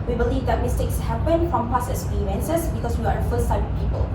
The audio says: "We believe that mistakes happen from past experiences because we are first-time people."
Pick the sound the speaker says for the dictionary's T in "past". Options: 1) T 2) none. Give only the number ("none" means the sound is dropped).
2